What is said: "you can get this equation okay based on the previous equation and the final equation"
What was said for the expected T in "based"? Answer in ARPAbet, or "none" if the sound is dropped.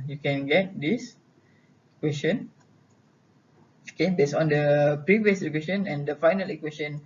none